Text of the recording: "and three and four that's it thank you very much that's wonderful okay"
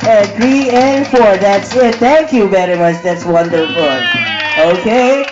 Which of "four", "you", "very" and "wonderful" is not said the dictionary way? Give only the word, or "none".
very